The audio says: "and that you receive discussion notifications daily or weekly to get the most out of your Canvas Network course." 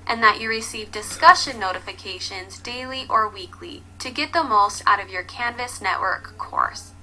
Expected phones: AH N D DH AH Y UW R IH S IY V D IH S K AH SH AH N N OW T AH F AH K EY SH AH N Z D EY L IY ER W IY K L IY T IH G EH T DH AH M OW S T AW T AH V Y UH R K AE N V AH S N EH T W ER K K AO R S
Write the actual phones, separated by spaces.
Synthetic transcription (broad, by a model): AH N DH AH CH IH R IH S IY V D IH S K AH SH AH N N OW T AH F AH K EY SH AH N Z D EY L IY ER W IY K L IY T IH G EH T DH AH M OW S T AW T AH V Y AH R K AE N V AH S N EH T W ER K K AO R S